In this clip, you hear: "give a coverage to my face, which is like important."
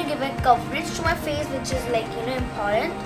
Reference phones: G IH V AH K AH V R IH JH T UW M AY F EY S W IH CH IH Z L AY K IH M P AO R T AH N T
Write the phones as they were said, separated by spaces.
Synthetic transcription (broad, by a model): G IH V AH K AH P R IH CH T UW M AY F EY S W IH CH IH Z L AY K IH M P AO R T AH N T